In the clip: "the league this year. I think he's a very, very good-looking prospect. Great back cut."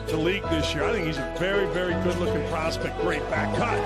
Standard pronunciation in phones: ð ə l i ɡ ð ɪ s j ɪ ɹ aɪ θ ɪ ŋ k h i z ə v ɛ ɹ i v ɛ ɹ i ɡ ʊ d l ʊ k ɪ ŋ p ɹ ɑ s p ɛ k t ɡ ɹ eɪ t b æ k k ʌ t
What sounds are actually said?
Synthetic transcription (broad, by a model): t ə l i ɡ ð ɪ s j ɪ ɹ aɪ θ ɪ ŋ k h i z ə v ɛ ɹ i v ɛ ɹ i ɡ ʊ d l ʊ k ɪ ŋ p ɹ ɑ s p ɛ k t ɡ ɹ eɪ t b æ k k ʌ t